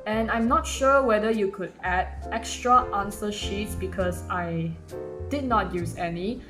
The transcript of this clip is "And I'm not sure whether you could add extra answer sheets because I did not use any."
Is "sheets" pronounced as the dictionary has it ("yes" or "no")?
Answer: yes